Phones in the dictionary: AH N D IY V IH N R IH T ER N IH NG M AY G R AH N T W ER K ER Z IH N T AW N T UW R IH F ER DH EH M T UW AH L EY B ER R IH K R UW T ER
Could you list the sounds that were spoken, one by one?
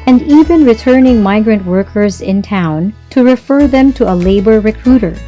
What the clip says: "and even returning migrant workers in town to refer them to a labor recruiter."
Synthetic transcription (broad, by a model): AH N D IY V IH N R IH T ER N IH NG M AY G R AH N T W ER K ER Z IH N T AW N T UW R IH F ER DH EH M T UW AH L EY B ER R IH K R UW T ER